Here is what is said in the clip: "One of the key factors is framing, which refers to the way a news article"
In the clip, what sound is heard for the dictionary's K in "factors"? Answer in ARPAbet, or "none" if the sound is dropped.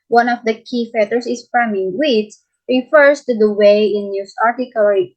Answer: none